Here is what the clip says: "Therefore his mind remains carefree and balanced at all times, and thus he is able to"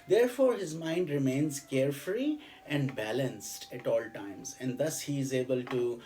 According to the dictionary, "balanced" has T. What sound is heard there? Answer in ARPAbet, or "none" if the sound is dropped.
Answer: T